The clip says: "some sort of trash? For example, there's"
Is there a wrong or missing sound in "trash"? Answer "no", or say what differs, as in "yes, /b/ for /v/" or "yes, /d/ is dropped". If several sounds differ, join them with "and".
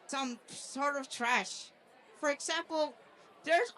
no